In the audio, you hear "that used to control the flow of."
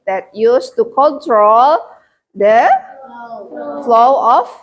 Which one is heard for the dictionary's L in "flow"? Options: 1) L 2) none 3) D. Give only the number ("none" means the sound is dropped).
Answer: 1